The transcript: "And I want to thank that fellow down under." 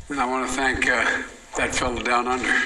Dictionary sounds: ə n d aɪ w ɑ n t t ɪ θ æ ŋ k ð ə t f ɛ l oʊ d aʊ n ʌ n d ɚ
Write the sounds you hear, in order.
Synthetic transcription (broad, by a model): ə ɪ w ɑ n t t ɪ θ æ ŋ k ð ə t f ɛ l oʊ d aʊ n ʌ n d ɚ